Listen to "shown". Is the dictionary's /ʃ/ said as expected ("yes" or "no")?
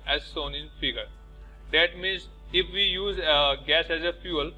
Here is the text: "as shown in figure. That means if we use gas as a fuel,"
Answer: no